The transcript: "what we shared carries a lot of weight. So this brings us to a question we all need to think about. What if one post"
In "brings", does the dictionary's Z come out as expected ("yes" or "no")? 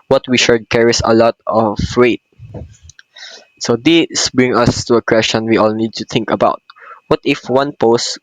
no